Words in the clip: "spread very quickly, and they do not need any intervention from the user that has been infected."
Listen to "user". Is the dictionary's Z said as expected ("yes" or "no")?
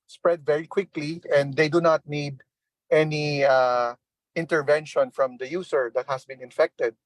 no